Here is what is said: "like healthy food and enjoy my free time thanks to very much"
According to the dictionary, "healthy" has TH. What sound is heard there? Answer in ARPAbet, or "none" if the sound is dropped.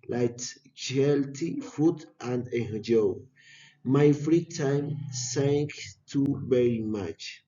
T